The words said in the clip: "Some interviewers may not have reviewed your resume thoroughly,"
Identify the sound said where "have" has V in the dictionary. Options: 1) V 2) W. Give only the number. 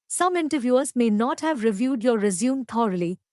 1